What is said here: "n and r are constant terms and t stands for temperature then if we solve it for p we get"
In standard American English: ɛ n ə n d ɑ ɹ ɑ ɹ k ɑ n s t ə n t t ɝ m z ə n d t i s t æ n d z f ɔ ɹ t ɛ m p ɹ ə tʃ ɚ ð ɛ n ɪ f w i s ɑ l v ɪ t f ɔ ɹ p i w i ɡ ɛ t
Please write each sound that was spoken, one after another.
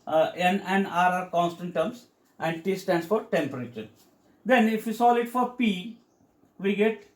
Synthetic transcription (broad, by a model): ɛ n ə n ɑ ɹ ɑ ɹ k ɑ n s t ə n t t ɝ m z ə n d t i s t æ n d s f ɔ ɹ t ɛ m p ɹ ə tʃ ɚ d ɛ n ɪ f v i s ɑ l ɪ t f ɔ ɹ p i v i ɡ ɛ t